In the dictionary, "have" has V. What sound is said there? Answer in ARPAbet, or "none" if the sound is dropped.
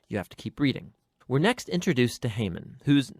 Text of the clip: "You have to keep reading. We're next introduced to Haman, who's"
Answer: F